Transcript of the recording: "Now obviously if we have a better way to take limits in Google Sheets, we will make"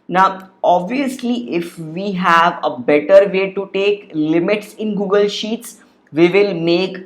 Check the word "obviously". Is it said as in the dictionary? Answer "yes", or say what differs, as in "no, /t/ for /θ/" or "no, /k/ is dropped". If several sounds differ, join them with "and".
yes